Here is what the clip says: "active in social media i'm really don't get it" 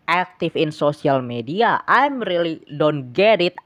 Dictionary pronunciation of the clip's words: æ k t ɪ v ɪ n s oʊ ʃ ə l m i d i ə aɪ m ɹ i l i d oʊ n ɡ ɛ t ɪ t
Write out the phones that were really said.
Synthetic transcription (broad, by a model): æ k t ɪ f ɪ n s oʊ s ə l m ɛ d i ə aɪ m ɹ i l i d oʊ n ɡ ɛ t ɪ t